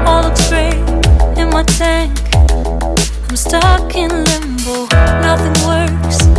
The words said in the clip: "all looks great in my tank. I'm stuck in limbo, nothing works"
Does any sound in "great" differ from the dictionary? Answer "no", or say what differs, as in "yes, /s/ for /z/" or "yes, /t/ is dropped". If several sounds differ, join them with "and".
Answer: yes, /t/ is dropped